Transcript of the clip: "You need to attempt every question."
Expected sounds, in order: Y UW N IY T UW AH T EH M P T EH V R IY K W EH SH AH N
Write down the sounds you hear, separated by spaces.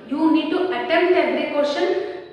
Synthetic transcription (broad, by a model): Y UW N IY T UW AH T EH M T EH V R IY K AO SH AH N